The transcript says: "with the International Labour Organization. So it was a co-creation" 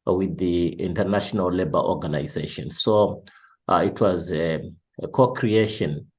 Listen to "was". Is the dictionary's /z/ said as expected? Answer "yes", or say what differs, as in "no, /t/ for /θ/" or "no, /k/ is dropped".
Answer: yes